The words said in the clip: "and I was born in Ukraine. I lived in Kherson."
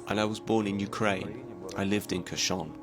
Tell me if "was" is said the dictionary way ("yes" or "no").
yes